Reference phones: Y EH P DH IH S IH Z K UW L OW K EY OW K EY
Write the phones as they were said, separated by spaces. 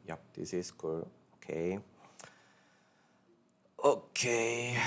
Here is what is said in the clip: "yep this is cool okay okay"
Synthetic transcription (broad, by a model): Y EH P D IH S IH S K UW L OW K EY OW K EY